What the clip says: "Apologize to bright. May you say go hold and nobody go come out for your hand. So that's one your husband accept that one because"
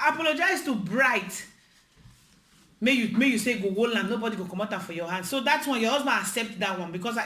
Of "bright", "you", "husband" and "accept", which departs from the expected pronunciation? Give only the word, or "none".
husband